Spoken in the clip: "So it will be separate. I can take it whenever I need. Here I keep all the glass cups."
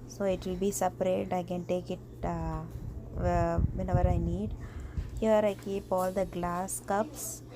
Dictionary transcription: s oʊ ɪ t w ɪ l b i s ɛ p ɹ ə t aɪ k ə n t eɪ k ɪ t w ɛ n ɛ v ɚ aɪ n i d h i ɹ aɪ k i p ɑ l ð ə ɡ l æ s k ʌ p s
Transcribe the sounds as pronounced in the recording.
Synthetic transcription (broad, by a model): s oʊ ɪ t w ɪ l b i s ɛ p ɹ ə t aɪ k ə n t eɪ k ɪ t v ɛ n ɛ v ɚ aɪ n i d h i ɹ aɪ k i p ɑ l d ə ɡ l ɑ s k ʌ p s